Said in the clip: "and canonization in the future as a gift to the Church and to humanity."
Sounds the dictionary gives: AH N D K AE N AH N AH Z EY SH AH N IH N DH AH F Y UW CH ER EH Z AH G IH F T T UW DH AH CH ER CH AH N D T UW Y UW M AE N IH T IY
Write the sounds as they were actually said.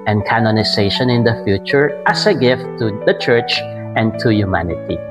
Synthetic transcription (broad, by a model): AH N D K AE N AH N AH S EY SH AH N IH N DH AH F Y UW CH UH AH S AH G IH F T T UW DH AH CH ER CH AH N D T UW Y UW M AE N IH T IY